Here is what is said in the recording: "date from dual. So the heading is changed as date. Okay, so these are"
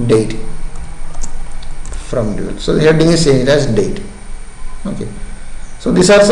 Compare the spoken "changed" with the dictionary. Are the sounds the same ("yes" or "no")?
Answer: no